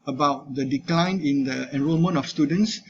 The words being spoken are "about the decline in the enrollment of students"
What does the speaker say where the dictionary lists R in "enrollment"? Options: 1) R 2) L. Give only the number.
1